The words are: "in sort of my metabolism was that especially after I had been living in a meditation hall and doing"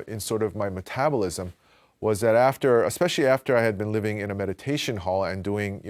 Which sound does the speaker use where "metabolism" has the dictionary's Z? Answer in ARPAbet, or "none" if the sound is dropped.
Z